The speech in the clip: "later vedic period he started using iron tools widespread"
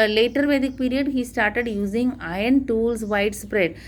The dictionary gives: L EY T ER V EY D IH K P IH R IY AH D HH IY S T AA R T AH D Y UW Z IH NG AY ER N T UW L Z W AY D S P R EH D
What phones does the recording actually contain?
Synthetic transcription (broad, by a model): L EY T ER V EY D IH K P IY R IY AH D HH IY S T AA R T AH D Y UW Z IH NG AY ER N T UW L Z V AY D S P R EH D